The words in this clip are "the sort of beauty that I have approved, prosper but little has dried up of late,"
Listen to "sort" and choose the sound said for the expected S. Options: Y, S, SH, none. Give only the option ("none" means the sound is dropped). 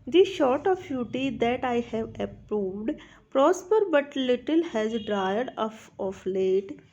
SH